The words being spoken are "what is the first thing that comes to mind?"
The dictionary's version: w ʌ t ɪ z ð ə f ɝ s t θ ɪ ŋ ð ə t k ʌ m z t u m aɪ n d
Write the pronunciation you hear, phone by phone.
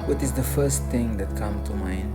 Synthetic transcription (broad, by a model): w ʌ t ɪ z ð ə f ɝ s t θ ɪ ŋ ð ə t k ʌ m t u m aɪ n